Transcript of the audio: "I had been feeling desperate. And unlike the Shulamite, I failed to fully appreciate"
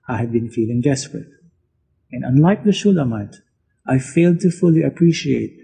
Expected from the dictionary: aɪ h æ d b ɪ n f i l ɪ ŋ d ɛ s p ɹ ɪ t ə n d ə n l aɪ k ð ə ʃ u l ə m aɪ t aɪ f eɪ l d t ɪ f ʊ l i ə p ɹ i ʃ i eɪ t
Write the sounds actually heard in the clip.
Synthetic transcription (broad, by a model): aɪ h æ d b ɪ n f i l ɪ ŋ d ɛ s p ɹ ɪ t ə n ə n l aɪ k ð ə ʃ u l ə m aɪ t aɪ f eɪ l d t ɪ f ʊ l i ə p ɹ i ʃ i eɪ t